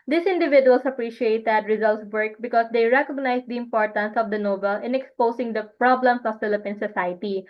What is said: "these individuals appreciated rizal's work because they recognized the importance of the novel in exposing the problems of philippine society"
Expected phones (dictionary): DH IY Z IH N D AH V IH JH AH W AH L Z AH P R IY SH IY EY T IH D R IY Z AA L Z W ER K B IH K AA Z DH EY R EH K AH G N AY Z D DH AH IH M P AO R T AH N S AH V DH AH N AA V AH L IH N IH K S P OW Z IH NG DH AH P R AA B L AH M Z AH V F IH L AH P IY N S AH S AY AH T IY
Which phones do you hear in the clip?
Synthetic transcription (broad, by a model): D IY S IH N D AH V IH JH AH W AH L S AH P R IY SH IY EY T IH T R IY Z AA L S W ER K B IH K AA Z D EY R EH K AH G N AY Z D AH IH M P AO R T AH N S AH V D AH N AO B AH L IH N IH K S P OW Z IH NG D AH P R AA B L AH M S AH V F IH L AH P IY N S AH S AY T IY